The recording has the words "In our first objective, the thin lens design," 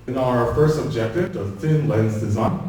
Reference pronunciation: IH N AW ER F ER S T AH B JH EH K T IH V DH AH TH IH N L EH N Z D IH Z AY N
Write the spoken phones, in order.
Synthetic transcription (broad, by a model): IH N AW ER F ER S T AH B JH EH K T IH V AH TH IH N L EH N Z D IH Z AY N